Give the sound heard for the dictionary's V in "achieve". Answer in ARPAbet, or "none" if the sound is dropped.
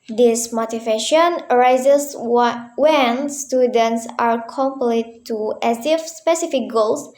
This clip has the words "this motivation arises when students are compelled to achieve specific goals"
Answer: F